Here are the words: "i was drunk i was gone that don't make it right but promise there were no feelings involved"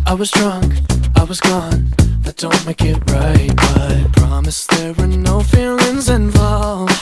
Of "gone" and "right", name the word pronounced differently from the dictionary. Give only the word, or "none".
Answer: none